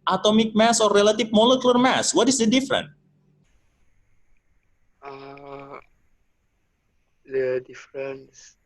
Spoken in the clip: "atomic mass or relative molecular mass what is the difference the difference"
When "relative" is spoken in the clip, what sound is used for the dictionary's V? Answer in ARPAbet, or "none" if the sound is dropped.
F